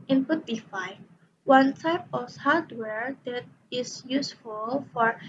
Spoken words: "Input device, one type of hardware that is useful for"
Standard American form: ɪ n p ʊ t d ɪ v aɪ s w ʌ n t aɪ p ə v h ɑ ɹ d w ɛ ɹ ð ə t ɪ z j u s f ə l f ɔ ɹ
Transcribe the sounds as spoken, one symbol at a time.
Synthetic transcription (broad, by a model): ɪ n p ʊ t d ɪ f aɪ w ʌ n t aɪ p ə f h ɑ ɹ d w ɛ ɹ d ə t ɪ s j u s f ə l f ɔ ɹ